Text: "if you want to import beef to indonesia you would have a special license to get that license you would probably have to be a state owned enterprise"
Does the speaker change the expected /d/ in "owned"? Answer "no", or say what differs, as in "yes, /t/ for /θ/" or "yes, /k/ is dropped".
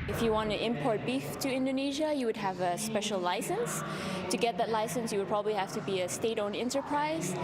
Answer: yes, /d/ is dropped